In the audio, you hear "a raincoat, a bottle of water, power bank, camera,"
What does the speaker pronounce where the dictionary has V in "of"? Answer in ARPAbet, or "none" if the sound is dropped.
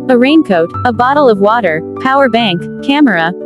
V